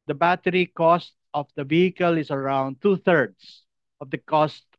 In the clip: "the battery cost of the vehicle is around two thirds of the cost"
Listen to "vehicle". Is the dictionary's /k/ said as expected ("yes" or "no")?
yes